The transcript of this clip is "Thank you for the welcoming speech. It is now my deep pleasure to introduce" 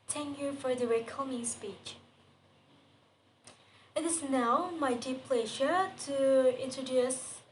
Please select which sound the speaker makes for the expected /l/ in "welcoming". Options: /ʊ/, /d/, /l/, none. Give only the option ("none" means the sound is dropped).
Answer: none